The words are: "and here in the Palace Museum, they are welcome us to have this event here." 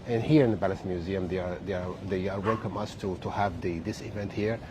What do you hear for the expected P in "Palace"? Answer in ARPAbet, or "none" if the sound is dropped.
B